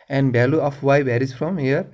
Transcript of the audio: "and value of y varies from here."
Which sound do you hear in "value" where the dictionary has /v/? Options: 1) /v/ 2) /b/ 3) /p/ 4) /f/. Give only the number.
2